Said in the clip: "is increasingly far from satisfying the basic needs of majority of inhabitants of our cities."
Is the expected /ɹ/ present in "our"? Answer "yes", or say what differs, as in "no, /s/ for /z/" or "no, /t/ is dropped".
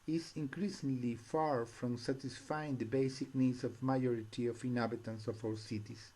no, /w/ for /ɹ/